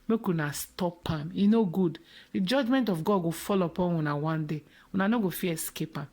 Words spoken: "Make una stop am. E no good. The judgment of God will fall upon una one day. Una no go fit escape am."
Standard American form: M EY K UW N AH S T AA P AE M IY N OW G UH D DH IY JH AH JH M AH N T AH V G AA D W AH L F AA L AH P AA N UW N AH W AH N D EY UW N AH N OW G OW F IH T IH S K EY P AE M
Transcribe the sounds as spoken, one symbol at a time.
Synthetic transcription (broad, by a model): M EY K UW N AH S T AA P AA M IY N OW G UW D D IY JH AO JH M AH N T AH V G AA D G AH F AA L AH P AA N UW N AH W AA N D EY UW N AH N OW G OW F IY IH S K EY P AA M